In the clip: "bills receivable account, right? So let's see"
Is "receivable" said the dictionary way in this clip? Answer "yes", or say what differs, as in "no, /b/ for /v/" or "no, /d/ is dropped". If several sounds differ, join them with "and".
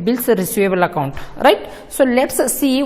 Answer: no, /v/ is dropped